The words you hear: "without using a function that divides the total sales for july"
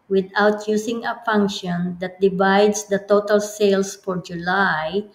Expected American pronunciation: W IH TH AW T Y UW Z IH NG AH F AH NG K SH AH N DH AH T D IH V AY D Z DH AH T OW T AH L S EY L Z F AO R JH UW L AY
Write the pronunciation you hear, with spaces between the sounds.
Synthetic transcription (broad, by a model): W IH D AW T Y UW S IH NG AH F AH NG K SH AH N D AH T D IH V AY D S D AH T OW T AH L S EY L S F AO R JH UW L AY